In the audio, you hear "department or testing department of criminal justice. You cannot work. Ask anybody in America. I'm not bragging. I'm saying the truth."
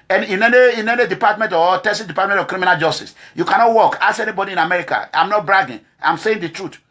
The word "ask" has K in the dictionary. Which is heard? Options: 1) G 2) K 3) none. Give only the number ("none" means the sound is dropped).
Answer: 3